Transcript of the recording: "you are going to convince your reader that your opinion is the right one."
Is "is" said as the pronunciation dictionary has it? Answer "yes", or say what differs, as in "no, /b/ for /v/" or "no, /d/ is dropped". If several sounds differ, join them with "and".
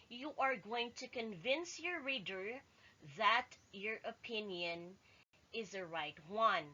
yes